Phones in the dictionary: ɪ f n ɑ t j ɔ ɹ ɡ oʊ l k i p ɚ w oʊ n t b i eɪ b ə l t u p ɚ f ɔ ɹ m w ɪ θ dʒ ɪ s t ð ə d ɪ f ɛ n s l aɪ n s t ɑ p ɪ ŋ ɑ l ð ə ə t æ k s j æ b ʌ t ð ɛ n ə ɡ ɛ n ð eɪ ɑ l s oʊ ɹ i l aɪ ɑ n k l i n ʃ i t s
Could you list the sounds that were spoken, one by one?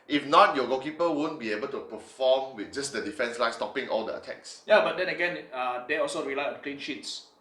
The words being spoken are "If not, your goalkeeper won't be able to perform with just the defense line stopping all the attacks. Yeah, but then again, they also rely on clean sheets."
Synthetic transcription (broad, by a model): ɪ f n ɑ t j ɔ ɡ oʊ k i p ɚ w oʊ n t b i eɪ b ə l t u p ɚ f ɔ m w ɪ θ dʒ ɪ s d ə d ɪ f ɛ n s l aɪ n s t ɑ p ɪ ŋ ɑ l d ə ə t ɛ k s j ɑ b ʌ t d ɛ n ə ɡ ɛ n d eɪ ɑ l s oʊ ɹ i l aɪ ɑ n k l i n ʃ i t s